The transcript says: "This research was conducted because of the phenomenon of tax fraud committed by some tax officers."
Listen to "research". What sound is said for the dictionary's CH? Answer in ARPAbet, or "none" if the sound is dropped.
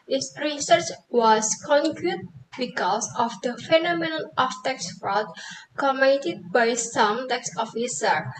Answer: CH